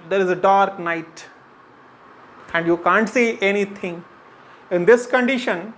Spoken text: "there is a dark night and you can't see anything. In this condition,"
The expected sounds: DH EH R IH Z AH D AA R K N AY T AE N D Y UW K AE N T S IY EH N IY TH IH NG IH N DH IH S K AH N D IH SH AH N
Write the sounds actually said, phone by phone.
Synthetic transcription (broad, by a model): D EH R IH Z AH D AA R K N AY T AE N D Y UW K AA N T S IY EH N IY T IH NG IH N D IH S K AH N D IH SH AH N